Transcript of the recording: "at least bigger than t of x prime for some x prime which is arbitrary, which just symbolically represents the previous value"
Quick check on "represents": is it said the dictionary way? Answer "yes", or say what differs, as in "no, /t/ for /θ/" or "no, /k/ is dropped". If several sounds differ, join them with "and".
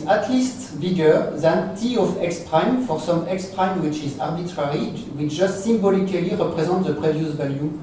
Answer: no, /n/ is dropped